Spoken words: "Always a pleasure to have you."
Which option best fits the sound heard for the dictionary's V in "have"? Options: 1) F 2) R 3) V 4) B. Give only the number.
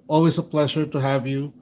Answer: 3